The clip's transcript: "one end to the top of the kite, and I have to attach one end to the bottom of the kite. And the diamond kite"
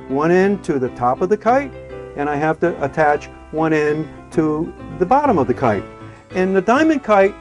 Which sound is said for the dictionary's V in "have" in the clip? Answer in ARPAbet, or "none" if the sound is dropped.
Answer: F